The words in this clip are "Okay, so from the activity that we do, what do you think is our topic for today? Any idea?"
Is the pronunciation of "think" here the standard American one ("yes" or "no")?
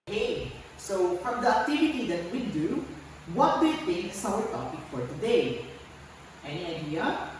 no